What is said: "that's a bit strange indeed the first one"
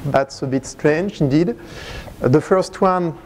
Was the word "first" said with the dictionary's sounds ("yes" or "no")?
yes